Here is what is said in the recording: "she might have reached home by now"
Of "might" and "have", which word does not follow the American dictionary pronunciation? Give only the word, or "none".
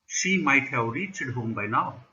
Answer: have